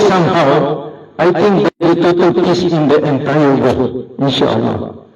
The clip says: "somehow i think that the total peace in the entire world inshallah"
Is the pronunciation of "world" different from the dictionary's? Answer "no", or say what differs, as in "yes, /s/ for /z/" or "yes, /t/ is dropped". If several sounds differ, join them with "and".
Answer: yes, /d/ is dropped